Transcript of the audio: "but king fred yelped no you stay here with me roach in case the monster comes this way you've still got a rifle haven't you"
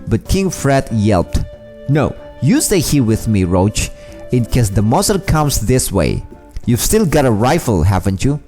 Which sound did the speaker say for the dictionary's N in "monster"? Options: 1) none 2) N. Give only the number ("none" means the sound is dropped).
1